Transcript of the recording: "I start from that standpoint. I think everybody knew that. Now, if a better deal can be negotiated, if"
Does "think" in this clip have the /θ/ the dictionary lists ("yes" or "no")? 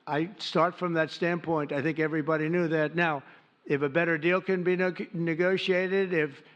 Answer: yes